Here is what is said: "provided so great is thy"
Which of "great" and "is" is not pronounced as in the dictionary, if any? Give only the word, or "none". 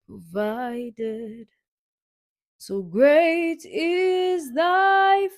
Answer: none